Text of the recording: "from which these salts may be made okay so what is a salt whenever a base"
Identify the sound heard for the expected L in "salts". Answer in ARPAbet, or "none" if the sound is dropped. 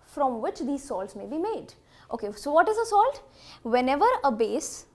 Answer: L